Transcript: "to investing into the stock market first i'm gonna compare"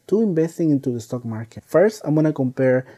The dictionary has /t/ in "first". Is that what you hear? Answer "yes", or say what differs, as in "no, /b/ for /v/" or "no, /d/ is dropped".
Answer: yes